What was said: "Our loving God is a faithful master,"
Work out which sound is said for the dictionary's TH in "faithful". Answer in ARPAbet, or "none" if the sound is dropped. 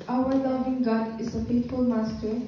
T